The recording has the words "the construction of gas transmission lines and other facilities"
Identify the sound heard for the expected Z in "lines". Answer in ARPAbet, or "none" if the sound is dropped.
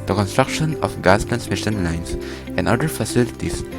S